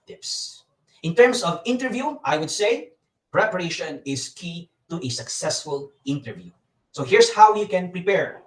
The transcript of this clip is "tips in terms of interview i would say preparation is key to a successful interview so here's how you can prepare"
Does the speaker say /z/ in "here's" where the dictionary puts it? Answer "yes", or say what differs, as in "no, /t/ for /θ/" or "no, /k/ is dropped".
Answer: no, /s/ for /z/